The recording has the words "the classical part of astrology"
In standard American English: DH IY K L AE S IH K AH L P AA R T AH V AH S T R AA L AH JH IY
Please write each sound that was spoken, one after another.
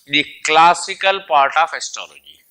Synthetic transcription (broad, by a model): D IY K L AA S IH K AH L P AA R T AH F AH S T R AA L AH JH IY